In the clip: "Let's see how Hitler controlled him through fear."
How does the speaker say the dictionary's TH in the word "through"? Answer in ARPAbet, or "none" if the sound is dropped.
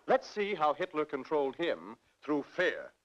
TH